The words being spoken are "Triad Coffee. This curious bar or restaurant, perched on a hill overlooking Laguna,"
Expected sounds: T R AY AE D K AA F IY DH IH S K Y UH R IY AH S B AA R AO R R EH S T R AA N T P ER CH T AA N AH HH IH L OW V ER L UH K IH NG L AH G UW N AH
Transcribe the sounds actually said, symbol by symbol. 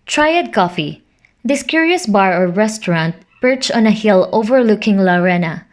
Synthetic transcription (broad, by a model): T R AY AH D K AA F IY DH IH S K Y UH R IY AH S B AA R AO R R EH S T R AA N T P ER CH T AA N AH HH IH L OW V ER L UH K IH NG L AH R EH N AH